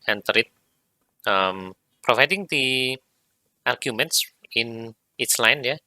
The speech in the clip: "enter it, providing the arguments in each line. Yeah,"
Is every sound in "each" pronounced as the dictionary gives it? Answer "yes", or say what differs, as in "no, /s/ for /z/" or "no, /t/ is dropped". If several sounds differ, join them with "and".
no, /s/ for /tʃ/